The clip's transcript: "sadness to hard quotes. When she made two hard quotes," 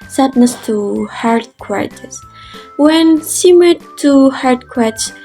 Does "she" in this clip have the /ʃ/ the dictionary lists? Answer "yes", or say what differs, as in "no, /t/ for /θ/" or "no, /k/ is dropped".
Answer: no, /s/ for /ʃ/